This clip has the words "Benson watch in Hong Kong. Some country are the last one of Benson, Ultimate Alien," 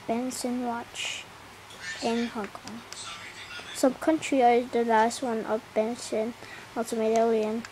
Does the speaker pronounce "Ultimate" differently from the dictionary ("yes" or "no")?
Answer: yes